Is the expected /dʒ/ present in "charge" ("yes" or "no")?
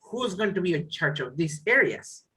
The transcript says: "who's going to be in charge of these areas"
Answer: no